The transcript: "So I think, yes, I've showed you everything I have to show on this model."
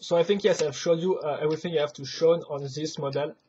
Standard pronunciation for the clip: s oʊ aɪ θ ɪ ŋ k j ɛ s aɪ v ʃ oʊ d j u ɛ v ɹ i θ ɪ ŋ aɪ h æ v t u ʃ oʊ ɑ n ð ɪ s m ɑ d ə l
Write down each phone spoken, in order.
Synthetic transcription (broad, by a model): s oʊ aɪ θ ɪ ŋ k j ɛ s aɪ v ʃ oʊ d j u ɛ v ɹ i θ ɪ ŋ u h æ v t u ʃ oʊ ɑ n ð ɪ s m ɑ d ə l